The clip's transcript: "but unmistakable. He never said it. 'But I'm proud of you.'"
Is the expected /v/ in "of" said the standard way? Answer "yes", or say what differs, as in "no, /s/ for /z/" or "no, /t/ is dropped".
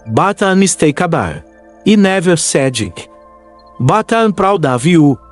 yes